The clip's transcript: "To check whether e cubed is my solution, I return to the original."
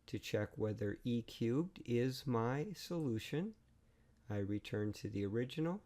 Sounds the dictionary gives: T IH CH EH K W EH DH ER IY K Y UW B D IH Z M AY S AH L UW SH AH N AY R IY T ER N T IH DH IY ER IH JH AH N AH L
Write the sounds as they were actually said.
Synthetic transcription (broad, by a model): T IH CH EH K W EH DH ER IY K Y UW B D IH Z M AY S AH L UW SH AH N AY R IY T ER N T IH DH IY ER IH JH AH N L